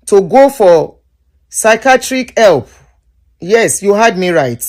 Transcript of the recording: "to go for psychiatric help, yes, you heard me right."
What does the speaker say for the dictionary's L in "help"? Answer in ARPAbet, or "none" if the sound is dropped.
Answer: L